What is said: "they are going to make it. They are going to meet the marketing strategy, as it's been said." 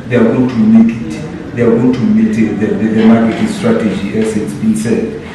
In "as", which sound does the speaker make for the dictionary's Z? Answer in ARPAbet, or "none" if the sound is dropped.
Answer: S